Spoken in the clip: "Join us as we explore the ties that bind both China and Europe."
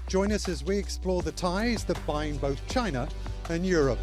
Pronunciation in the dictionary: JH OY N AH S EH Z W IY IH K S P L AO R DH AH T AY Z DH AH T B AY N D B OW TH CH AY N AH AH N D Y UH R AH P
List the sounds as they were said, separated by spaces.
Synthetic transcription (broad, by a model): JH OY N AH S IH Z W IY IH K S P L AO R DH AH T AY Z DH AH T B AY N B OW TH CH AY N AH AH N Y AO R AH P